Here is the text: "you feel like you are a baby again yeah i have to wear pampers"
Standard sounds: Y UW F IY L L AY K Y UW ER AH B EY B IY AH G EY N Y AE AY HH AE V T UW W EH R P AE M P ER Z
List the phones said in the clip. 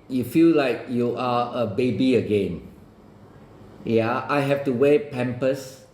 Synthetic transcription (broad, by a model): Y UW F IY L L AY K Y UW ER AH B EY B IY AH G EY N Y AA AY HH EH F T UW W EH P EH M P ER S